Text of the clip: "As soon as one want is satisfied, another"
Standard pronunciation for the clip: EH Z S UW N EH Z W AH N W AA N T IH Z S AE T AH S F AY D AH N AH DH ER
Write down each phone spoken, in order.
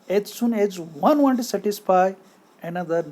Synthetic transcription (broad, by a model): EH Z S UW N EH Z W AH N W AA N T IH S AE T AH S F AY AH N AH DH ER